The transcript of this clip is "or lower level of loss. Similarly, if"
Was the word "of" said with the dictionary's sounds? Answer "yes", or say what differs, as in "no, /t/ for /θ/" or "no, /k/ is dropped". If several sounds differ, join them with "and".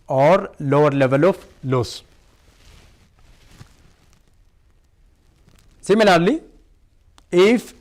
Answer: no, /f/ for /v/